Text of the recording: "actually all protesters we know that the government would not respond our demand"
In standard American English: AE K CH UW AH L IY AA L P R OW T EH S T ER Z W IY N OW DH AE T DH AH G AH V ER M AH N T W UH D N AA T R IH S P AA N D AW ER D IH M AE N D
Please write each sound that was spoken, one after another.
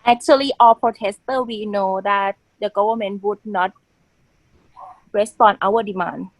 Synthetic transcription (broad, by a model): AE K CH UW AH L IY AA L P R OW T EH S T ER W IY N OW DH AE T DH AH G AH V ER M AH N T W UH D N AA T R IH S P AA N AW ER D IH M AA N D